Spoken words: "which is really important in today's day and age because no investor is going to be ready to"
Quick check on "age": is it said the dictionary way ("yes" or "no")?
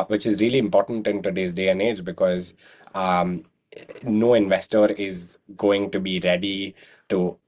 yes